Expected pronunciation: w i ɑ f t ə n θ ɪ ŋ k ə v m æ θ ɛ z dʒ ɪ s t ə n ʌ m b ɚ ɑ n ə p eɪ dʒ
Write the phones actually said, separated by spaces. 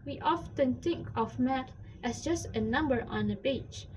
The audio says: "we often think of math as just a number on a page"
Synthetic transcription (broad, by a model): w i ɑ f t ə n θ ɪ ŋ k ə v m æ t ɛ s dʒ ɪ s t ə n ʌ m b ɚ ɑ n ə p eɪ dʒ